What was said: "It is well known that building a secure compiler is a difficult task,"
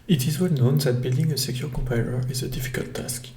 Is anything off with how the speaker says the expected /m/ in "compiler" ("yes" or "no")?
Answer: yes